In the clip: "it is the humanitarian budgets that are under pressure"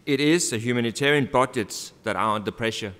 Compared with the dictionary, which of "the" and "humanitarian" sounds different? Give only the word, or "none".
none